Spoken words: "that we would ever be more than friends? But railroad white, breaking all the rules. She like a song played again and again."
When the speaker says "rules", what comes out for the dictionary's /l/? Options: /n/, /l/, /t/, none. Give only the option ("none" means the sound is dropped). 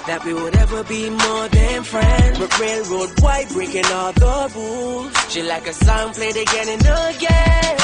none